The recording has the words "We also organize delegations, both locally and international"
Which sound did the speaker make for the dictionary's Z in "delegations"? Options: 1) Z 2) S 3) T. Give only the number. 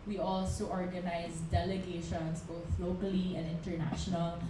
2